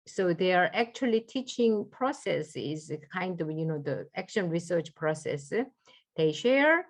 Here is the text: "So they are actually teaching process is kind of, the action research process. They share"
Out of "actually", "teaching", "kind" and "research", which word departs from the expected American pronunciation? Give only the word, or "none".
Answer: none